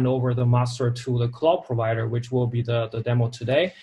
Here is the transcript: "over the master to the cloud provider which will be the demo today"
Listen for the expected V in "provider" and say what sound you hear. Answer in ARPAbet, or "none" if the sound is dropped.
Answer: V